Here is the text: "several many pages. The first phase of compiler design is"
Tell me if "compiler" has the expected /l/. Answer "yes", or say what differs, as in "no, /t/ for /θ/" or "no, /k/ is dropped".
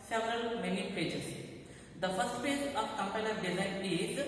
no, /n/ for /l/